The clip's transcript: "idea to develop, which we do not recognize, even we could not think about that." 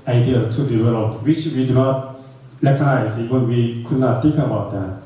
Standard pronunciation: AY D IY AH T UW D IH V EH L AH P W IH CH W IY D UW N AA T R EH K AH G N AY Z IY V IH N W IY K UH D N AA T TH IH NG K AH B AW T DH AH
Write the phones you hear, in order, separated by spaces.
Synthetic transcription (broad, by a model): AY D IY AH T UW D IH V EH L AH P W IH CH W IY D UW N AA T L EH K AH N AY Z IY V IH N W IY K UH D N AA T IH K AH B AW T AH